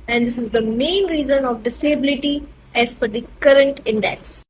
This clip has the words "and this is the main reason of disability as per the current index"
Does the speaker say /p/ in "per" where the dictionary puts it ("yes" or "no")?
no